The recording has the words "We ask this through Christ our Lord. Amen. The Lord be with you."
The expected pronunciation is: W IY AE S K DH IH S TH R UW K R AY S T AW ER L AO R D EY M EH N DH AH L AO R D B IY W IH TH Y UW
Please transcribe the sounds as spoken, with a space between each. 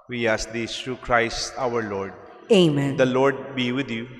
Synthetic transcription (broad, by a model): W IY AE S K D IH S T R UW K R AY S T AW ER L AO R D EY M EH N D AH L AO R D B IY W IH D Y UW